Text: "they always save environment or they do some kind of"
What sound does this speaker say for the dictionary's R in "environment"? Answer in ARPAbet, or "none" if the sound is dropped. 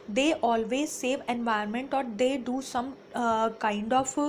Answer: none